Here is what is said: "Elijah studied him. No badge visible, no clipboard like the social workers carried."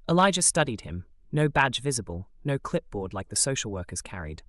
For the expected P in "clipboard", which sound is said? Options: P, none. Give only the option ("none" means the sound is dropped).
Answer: P